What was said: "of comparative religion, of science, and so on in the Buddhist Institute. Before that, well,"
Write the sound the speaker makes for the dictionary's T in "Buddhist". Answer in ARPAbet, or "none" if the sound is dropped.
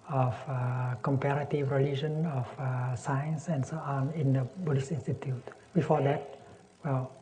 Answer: none